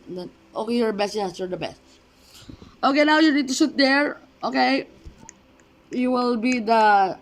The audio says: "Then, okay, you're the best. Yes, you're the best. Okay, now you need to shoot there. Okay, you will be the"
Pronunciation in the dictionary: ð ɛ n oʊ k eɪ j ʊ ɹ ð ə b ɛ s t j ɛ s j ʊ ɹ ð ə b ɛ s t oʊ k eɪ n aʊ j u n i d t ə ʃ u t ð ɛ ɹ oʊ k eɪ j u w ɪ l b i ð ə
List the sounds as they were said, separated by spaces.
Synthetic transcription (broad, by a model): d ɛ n oʊ k eɪ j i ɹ b ɛ s t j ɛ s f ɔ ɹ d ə b ɛ s t oʊ k eɪ n aʊ j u n i d t ə s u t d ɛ ɹ oʊ k eɪ j u w ɪ l b i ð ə